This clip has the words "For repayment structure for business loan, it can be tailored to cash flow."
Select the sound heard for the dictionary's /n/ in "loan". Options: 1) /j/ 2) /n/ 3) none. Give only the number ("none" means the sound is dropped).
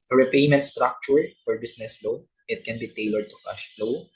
3